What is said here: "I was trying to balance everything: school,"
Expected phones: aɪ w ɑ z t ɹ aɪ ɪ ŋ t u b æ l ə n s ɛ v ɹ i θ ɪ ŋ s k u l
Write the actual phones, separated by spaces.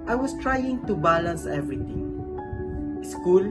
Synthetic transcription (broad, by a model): aɪ w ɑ s t ɹ aɪ ɪ ŋ t u b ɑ l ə n s ɛ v ɹ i t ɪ ŋ s k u l